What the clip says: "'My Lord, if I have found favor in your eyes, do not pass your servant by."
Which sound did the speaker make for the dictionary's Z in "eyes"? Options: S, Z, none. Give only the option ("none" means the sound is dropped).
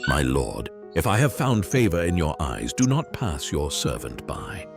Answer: Z